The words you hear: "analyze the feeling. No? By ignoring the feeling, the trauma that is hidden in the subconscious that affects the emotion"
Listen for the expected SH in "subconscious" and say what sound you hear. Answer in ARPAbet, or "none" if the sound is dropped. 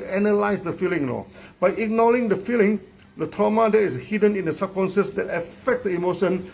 S